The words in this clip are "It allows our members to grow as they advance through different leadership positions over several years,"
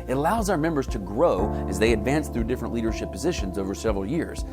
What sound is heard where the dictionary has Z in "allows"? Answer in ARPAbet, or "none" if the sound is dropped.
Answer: Z